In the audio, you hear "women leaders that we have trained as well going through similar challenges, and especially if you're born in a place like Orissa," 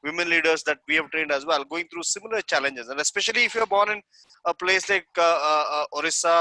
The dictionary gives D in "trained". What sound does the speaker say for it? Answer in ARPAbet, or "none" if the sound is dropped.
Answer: D